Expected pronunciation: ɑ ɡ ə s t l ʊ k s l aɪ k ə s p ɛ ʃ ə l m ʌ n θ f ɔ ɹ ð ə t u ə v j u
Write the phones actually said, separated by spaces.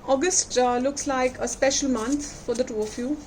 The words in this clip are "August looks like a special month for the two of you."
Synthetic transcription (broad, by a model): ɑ ɡ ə s t l ʊ k s l aɪ k ə s p ɛ ʃ ə l m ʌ n t f ɔ ɹ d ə t u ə f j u